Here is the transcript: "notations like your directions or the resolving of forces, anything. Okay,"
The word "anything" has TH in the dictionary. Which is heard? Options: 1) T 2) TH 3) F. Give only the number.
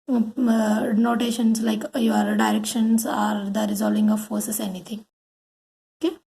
1